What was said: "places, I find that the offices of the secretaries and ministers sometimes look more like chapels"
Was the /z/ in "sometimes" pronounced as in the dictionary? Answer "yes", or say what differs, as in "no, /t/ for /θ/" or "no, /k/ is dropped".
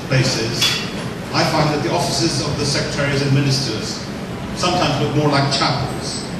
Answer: yes